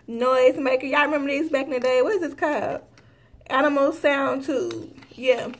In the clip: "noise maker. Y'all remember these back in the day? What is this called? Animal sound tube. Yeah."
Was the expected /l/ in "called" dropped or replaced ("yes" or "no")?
yes